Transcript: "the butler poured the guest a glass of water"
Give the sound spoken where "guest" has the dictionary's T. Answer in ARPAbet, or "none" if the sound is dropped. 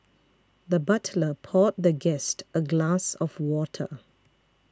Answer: T